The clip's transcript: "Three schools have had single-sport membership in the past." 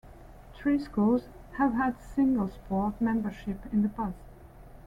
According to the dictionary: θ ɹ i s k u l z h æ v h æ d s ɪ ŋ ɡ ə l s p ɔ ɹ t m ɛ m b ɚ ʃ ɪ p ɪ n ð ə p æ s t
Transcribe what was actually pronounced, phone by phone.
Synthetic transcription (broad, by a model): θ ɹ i s k u l z h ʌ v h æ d s ɪ ŋ ɡ ə l s p ɔ ɹ t m ɛ m b ɚ ʃ ɪ p ɪ n ð ə b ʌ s